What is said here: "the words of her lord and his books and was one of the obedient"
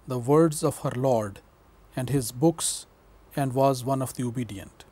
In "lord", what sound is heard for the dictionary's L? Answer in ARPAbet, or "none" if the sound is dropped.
L